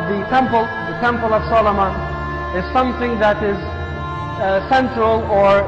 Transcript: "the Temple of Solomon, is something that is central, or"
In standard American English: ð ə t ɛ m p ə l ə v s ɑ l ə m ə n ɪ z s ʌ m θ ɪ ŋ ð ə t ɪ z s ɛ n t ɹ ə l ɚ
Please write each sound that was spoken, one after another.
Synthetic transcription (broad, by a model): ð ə t ɛ m p ə l ə v s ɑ l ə m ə ɪ z s ʌ m θ ɪ ŋ ð ə t ɪ z s ɛ n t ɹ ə l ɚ